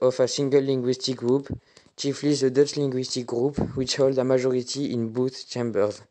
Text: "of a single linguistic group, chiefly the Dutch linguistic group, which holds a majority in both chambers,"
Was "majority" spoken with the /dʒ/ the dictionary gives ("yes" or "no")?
no